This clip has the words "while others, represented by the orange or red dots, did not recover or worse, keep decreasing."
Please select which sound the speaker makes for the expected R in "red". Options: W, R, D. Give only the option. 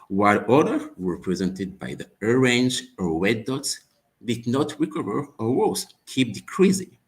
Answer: W